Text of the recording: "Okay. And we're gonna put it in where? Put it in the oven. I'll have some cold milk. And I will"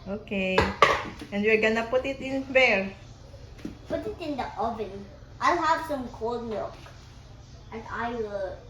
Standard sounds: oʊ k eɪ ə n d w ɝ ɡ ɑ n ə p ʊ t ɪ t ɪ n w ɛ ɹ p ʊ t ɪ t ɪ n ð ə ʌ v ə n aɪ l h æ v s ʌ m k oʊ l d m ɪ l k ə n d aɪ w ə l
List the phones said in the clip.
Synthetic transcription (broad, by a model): oʊ k eɪ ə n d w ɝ ɡ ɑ n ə p ʊ t ɪ t ɪ n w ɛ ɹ p ʊ t ɪ t ɪ n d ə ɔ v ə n aɪ l h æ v s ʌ m k oʊ l d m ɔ k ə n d aɪ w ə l